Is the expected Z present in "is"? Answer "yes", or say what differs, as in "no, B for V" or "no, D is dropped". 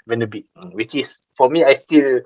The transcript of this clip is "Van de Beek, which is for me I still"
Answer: no, S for Z